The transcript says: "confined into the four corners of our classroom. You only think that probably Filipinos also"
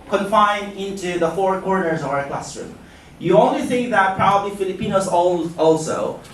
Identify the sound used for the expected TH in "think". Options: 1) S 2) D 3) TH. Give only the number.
1